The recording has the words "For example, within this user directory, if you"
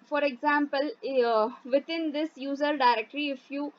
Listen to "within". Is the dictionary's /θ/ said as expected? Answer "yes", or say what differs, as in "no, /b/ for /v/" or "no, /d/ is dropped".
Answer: no, /t/ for /θ/